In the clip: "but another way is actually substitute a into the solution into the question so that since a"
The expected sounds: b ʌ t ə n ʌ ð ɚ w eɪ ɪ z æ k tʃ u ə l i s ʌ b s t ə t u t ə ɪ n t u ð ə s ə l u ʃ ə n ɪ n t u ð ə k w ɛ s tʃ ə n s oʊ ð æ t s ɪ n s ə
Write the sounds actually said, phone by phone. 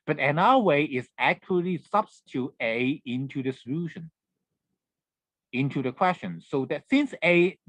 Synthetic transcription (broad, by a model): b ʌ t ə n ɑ ɚ w eɪ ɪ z æ k tʃ u ə l i s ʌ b s t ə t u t ə ɪ n t u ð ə s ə l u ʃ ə n ɪ n t u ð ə k w ɛ s tʃ ə n s oʊ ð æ t s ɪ n s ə